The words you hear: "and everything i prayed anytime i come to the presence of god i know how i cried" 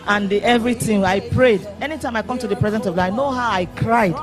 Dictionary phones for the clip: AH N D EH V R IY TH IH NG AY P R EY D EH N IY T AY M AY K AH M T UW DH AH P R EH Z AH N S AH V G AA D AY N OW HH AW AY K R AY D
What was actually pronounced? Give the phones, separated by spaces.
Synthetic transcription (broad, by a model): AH N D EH V R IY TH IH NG AY P R EY D EH N IY T AY M AY K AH M T UW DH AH P R EH Z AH N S AH V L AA IH N OW HH AW AY K R AY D